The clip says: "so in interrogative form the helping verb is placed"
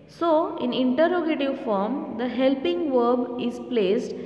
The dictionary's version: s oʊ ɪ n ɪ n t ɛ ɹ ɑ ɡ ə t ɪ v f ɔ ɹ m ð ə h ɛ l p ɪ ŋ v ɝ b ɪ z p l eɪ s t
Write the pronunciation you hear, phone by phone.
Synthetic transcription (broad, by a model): s oʊ ɪ n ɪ n t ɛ ɹ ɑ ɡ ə t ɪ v f ɔ ɹ m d ə h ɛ l p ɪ ŋ v ɝ b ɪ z p l eɪ s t